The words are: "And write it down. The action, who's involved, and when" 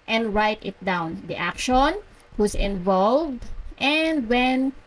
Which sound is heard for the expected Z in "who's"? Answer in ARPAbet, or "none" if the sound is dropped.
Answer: S